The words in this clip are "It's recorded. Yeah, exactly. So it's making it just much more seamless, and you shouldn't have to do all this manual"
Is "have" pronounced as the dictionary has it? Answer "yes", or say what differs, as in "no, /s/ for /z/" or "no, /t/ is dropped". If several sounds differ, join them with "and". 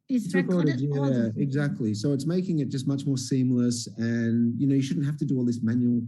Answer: no, /f/ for /v/